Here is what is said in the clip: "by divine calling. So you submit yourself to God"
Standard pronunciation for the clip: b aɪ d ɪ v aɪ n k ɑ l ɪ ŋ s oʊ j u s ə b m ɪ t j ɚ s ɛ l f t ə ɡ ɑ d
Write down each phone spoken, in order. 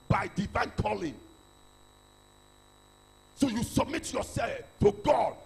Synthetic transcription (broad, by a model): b aɪ d ɪ v aɪ n k ɑ l ɪ ŋ s oʊ j u s ə b m ɪ t j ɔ s ɛ l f t ə ɡ ɑ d